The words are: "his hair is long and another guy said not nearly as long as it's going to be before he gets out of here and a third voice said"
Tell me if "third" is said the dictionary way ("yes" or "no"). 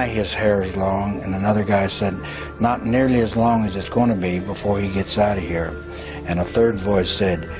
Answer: yes